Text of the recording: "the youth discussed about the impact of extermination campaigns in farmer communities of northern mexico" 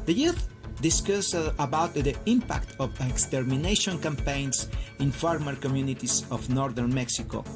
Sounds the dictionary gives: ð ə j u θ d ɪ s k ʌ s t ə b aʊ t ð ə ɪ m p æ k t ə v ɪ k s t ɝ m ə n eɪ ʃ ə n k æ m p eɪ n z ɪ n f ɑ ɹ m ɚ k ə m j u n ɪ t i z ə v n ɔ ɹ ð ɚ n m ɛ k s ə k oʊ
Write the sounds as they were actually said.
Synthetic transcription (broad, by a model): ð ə j u θ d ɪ s k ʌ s ə b aʊ t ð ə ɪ m p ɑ k t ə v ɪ k s t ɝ m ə n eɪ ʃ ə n k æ m p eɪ n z ɪ n f ɑ ɹ m ɚ k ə m j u n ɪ t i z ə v n ɔ ɹ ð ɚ n m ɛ k s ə k oʊ